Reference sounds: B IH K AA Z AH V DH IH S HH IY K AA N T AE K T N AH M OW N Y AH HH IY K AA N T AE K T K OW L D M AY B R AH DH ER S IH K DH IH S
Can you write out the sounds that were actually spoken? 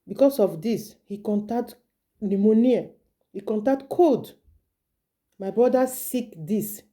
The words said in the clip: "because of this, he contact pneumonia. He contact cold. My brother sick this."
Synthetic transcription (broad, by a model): B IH K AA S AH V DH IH S HH IY K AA N T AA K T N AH M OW N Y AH HH IY K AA N T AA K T K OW D M AY B R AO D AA S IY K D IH S